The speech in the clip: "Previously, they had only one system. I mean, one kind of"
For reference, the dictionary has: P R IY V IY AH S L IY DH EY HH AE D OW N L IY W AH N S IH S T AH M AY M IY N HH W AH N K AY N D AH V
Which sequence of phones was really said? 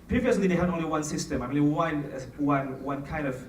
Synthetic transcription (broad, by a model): P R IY V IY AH S L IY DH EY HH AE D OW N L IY W AH N S IH S T AH M AY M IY N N W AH N K AY N D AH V